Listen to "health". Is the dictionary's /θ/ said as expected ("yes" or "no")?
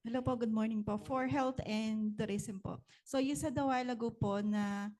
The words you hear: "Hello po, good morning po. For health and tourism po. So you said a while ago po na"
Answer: no